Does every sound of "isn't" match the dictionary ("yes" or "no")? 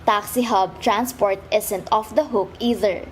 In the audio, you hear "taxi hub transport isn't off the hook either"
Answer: no